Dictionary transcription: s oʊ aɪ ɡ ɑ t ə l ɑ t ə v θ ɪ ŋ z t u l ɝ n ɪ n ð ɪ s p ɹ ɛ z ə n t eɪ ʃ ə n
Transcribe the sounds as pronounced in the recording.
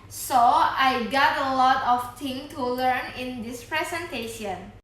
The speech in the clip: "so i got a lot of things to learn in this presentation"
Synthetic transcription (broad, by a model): s oʊ aɪ ɡ ɑ t ə l ɑ t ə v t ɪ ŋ t u l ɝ n ɪ n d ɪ s p ɹ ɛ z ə n t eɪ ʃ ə n